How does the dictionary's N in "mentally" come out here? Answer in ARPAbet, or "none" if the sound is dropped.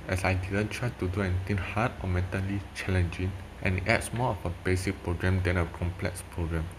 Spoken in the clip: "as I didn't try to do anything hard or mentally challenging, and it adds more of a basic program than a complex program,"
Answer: N